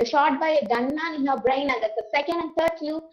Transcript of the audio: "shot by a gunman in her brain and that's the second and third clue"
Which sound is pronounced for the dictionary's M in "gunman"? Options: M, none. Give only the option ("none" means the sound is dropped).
none